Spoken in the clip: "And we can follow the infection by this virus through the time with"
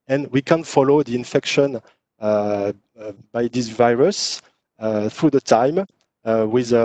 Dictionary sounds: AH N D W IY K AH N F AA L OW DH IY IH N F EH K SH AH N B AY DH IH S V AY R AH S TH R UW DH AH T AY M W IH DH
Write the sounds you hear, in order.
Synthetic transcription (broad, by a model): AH N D W IY K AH N F AA L OW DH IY IH N F EH K SH AH N B AY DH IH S V AY R AH S TH R UW DH AH T AY M W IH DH